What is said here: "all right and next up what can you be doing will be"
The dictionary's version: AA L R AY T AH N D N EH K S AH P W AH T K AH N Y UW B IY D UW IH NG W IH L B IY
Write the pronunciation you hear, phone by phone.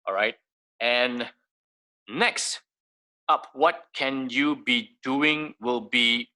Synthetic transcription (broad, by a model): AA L R AY T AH N N EH K S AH P W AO T K AH N Y UW B IY D UW IH NG W IH L B IY